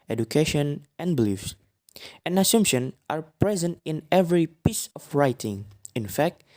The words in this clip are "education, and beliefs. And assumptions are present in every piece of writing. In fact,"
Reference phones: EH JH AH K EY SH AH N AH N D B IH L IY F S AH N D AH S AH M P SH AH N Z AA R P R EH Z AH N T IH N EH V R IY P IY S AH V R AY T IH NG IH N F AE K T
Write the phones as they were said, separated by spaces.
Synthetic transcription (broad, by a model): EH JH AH K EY SH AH N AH N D B IH L IY F S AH N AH S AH M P SH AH N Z AA R P R EH Z AH N T IH N EH V R IY P IY S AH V R AY T IH NG IH N F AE K T